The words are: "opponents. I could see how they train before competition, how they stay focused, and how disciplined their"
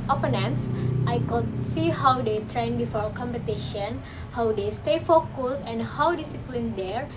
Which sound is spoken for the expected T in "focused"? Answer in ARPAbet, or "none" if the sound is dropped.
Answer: none